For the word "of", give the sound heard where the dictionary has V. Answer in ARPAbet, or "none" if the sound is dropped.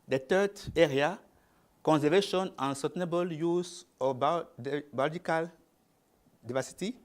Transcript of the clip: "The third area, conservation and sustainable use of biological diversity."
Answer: B